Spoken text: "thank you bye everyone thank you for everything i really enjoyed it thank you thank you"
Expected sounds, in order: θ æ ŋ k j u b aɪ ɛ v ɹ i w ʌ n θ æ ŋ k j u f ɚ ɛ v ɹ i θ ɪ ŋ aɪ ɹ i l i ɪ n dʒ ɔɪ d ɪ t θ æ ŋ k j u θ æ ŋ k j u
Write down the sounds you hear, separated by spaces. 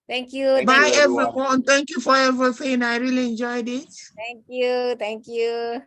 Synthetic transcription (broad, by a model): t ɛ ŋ k j u b aɪ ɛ v ɹ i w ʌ n t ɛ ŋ k j u f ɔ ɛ v ɹ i f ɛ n aɪ ɹ i l i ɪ n dʒ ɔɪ d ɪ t t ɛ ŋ k j u t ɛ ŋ k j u